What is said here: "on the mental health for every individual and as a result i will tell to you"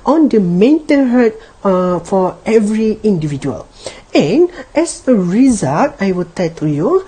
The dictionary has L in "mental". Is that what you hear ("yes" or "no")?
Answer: no